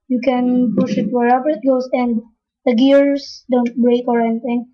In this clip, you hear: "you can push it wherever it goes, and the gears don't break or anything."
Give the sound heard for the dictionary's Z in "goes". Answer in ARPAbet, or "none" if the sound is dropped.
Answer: S